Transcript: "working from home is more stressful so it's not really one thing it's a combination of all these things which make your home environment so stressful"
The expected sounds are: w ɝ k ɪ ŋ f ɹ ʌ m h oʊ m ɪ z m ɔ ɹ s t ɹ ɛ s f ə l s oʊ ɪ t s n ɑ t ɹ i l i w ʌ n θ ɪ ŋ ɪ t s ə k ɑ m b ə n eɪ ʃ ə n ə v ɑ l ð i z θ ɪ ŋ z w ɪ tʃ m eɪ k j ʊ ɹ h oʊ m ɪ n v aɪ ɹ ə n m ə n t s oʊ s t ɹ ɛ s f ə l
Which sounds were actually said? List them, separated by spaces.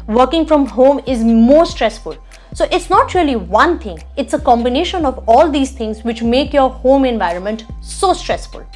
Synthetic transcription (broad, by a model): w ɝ k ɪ ŋ f ɹ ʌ m h oʊ m ɪ z m ɔ ɹ s t ɹ ɛ s f ə l s oʊ ɪ t s n ɑ t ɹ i l i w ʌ n t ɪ ŋ ɪ t s ə k ɑ m b ə n eɪ ʃ ə n ə v ɑ l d i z t ɪ ŋ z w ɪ tʃ m eɪ k j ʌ ɹ h oʊ m ɪ n v aɪ ɹ ə n m ə n t s oʊ s t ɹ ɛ s f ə l